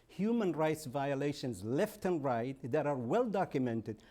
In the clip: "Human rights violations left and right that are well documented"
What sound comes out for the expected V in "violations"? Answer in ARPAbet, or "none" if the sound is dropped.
V